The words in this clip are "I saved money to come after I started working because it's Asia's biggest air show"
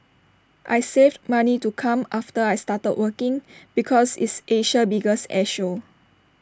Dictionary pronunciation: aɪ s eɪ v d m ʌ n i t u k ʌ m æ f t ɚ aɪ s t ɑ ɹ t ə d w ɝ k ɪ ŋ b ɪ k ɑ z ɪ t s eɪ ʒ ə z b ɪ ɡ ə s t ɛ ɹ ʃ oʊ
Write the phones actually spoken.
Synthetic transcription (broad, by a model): aɪ s eɪ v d m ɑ n i t u k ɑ m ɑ f t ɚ aɪ s t ɑ t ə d w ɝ k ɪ ŋ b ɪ k ɑ s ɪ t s eɪ ʃ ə b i ɡ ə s ɛ ʃ oʊ